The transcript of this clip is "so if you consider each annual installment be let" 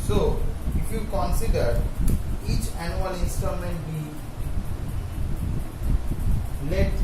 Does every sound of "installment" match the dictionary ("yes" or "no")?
no